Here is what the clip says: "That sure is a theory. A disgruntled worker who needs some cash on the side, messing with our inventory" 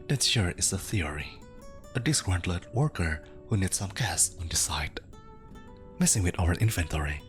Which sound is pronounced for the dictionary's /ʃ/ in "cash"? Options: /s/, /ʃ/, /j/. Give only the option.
/s/